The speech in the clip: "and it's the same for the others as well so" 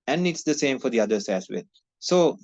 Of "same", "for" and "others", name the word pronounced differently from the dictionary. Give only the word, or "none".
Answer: others